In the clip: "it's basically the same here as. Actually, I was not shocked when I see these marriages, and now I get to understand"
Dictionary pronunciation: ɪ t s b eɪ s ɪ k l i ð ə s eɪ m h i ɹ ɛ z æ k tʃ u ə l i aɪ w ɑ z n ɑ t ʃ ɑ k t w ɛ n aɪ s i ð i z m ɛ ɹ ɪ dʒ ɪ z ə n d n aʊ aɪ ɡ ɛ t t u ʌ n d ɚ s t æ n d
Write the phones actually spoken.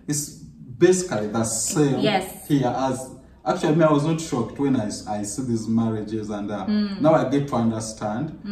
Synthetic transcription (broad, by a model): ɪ t s b eɪ s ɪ k l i ð ə s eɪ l h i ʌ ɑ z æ k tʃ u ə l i aɪ w ɑ z n ɑ t ʃ ɑ k t w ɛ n aɪ s i ð i z m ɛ ɹ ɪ dʒ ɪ z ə n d n aʊ aɪ ɡ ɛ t t u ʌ n d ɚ s t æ n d